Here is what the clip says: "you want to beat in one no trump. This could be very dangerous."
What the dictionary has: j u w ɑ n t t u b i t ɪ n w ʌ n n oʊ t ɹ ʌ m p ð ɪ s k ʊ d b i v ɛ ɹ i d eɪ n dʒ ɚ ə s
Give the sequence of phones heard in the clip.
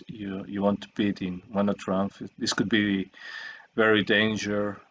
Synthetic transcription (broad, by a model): j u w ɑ n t t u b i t ɪ n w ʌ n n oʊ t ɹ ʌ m f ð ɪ s k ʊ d b i v ɛ ɹ i d eɪ n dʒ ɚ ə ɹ